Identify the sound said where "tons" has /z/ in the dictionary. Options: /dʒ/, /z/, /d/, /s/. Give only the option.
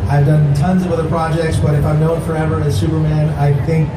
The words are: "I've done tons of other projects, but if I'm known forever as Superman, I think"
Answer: /z/